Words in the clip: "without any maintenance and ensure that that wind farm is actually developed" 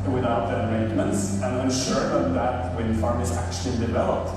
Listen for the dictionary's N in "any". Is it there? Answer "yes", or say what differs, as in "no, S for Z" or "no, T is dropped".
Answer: no, N is dropped